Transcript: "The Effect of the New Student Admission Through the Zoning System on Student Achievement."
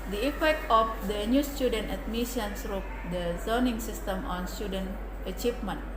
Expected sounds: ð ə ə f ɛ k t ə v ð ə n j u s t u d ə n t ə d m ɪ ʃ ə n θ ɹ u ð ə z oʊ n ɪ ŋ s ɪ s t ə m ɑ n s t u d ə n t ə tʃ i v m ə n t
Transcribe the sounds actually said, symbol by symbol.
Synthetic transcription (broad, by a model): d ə ə f ɛ k t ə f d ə n j u s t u d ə n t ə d m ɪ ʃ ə n s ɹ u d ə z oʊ n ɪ ŋ s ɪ s t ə m ɑ n s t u d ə n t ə tʃ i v m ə n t